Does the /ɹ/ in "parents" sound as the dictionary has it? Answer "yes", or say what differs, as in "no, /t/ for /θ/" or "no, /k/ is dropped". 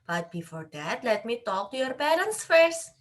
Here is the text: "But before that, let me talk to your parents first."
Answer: no, /l/ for /ɹ/